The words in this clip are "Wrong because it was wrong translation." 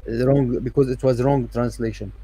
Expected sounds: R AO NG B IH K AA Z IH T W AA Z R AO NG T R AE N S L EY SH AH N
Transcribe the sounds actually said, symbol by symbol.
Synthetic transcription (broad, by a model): R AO NG B IH K AA Z IH T W AA Z R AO NG T R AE N S L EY SH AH N